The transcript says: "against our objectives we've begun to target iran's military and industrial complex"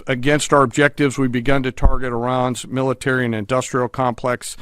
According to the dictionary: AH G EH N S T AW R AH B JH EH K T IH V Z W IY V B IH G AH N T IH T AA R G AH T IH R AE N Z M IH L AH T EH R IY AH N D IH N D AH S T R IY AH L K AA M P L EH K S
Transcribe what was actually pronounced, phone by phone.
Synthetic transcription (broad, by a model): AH G EH N S T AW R AH B JH EH K T IH V Z W IY B IH G AH N T IH T AA R G AH T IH R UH N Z M IH L AH T EH R IY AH N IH N D AH S T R IY L K AA M P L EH K S